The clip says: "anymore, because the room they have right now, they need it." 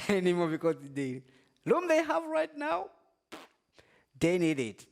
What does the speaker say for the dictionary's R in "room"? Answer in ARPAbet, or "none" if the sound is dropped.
L